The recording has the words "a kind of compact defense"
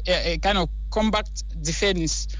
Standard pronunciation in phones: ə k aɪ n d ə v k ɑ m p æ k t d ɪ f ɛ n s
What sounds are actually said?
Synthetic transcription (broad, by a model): k aɪ n d ə v k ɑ m b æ k t d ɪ f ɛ n s